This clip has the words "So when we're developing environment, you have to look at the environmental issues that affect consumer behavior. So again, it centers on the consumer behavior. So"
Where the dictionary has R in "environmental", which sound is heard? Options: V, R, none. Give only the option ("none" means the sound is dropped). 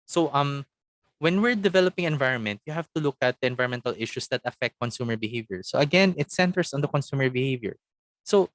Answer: none